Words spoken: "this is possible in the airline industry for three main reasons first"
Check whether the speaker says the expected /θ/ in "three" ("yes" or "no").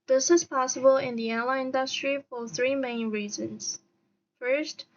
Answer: yes